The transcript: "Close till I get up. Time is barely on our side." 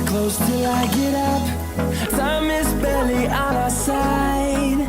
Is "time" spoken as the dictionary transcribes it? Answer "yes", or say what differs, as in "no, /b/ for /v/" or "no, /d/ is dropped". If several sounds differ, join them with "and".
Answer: no, /s/ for /t/